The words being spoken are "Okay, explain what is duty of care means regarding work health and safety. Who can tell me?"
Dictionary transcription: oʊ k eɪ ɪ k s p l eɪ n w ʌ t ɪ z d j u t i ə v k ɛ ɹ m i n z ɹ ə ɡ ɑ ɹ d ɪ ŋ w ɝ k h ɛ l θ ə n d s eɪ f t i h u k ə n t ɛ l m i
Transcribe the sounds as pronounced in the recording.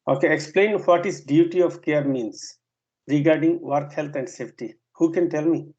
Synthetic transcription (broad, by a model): oʊ k eɪ ɪ k s p l eɪ n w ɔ t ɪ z d j u t i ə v k ɛ ɹ m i n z ɹ ə ɡ ɑ ɹ d ɪ ŋ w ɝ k h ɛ l t ə n d s eɪ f t i h u k ə n t ɛ l m i